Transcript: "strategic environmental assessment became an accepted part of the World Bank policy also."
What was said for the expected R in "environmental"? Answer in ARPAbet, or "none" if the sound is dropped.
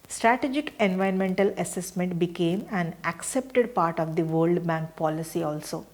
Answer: none